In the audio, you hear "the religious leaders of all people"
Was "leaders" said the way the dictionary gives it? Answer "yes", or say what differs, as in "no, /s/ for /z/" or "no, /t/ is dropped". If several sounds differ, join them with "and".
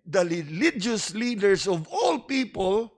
no, /s/ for /z/